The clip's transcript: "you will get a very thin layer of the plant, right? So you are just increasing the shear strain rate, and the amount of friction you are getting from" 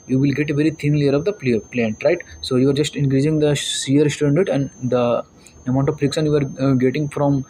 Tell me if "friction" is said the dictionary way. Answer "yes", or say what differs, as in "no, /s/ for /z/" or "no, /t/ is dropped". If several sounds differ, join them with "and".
no, /s/ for /ʃ/